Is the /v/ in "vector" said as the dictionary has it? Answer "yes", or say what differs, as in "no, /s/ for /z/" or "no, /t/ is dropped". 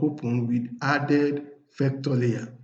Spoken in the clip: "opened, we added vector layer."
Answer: no, /f/ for /v/